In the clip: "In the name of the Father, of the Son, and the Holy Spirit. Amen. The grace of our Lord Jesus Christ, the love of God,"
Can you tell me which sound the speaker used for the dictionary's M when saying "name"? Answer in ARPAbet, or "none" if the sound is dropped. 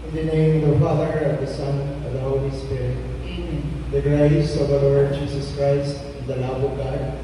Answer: none